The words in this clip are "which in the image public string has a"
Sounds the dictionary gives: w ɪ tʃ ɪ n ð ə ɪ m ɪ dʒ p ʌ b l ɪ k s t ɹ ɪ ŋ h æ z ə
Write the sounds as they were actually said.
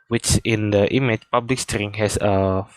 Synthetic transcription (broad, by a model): w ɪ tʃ ɪ n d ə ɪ m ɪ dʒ p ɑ b l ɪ k s t ɹ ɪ ŋ h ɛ s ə